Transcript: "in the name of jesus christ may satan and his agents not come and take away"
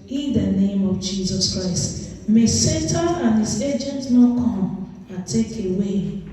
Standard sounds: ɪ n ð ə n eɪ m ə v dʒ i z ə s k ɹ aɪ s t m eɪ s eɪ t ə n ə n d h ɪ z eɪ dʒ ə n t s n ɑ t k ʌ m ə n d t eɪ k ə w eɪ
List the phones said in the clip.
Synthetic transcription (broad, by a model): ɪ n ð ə n eɪ m ə v dʒ i z ə s k ɹ aɪ s t m eɪ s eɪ t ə ə n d h ɪ z eɪ dʒ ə n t n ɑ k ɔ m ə t eɪ k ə w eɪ